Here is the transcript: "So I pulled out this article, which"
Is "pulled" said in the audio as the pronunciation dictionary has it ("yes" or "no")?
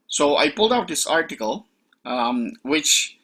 yes